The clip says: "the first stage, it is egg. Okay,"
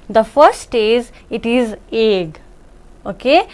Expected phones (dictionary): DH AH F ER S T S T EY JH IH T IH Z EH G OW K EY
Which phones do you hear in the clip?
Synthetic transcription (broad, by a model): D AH F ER T S T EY Z IH T IH Z EH G OW K EY